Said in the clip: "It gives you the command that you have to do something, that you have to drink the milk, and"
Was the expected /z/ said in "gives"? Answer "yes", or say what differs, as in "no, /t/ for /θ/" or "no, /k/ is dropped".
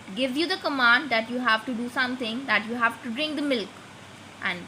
no, /z/ is dropped